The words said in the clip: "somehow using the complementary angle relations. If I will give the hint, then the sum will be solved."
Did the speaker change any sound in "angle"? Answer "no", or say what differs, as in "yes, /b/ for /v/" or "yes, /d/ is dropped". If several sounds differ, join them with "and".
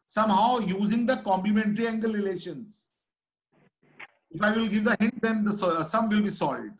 no